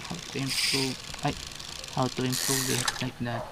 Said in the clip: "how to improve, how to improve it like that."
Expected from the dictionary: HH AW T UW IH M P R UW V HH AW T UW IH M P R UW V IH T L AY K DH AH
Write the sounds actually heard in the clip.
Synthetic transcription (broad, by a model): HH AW T UW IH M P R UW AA HH AW T UW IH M P R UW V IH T N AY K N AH